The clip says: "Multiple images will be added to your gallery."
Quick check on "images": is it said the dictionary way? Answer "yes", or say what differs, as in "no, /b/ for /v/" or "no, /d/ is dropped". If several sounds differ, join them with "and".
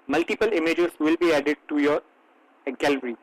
no, /s/ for /z/